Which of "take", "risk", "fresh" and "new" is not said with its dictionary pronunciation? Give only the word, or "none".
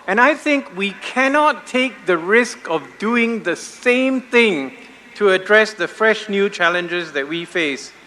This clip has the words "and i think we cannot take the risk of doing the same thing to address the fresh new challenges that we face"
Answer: none